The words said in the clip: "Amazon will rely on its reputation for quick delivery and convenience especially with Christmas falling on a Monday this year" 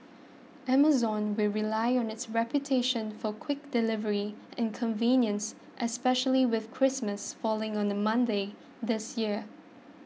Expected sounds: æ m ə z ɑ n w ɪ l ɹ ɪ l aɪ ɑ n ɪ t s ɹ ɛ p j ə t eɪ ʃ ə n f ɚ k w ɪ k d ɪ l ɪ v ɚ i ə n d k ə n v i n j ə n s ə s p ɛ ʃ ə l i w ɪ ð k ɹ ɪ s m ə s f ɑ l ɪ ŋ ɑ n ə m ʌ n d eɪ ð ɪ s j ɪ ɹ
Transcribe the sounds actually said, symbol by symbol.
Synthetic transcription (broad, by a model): æ m ə z ɑ n w ɪ l ɹ ɪ l aɪ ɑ n ɪ t s ɹ ɛ p j ə t eɪ ʃ ə n f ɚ k w ɪ k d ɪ l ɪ v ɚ i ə n k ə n v i n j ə n s ə s p ɛ ʃ ə l i w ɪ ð k ɹ ɪ s m ə s f ɑ l ɪ ŋ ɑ n ə m ʌ n d eɪ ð ɪ s j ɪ ɹ